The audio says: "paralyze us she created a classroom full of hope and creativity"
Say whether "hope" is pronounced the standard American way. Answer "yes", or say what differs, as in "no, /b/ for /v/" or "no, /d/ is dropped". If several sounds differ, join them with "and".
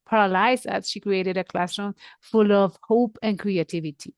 yes